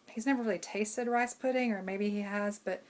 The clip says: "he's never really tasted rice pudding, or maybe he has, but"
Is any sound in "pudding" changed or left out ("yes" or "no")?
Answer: no